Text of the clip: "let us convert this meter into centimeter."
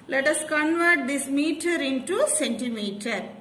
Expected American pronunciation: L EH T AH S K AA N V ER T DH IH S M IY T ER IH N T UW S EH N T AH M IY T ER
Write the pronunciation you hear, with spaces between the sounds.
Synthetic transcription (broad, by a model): L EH T AH S K AA N V ER T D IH S M IY T ER IH N T UW S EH N T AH M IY T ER